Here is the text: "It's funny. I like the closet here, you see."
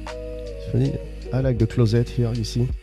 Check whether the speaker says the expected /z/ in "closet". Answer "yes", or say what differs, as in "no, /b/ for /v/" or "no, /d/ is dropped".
yes